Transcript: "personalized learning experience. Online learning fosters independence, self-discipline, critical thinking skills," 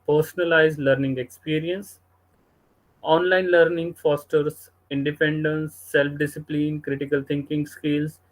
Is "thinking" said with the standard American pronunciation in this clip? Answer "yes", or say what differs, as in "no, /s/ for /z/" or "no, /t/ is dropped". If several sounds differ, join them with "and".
no, /t/ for /θ/